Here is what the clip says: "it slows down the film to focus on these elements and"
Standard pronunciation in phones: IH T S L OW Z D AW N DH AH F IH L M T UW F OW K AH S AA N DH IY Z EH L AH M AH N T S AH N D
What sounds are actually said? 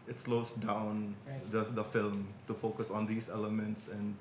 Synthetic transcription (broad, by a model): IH T S L OW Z D AW N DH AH F IH L M T UW F OW K AH S AA N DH IY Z EH L AH M AH N T S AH N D